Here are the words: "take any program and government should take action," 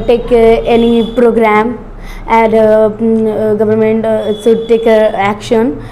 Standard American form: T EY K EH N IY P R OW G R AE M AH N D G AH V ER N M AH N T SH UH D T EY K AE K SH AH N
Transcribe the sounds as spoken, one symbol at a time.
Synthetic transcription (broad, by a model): T EY K EH N IY P R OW G R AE M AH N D G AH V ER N M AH N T S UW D T EY K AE K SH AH N